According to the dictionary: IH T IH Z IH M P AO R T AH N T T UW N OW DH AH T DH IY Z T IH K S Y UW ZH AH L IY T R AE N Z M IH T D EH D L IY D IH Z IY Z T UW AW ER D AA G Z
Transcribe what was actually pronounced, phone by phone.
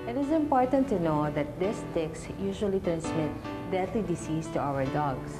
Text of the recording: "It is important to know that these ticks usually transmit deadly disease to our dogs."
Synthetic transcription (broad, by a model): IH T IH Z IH M P AO R T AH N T T UW N OW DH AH T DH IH S T IH K S Y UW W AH L IY T R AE N S M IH T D EH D L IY D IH S IY S T UW AW ER D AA G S